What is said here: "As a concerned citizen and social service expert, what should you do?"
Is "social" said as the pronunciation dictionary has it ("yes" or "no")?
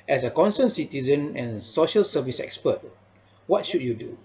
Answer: yes